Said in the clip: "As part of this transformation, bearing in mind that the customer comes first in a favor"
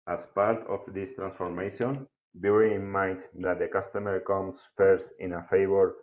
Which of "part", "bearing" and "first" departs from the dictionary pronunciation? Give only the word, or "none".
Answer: bearing